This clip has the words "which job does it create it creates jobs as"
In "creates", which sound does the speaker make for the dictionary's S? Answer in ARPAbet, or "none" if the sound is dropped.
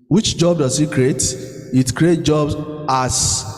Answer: none